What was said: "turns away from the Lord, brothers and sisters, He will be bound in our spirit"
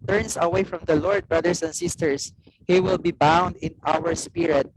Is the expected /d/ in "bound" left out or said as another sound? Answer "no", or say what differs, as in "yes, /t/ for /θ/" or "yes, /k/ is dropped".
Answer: no